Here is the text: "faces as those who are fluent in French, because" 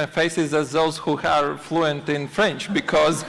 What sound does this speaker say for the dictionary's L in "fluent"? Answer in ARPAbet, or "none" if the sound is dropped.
L